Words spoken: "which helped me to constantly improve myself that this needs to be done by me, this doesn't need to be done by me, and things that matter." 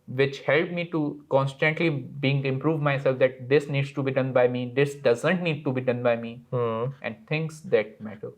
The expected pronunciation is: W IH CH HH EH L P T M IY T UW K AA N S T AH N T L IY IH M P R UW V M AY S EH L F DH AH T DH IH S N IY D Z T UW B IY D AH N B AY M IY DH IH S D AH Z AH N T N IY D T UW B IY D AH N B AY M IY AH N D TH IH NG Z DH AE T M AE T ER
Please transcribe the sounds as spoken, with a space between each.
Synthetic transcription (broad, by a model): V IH CH HH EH L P M IY T UW K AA N S T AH N T L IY IH M P R UW V M AY S EH L F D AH T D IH S N IY D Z T UW B IY D AH N B AY M IY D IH S D AH Z AH N T N IY D T UW B IY D AH N B AY M IY AH N D T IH NG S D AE T M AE T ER